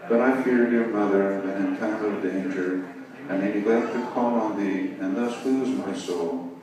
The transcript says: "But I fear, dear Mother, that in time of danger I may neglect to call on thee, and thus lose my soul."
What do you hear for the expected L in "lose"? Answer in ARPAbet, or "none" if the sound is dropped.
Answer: W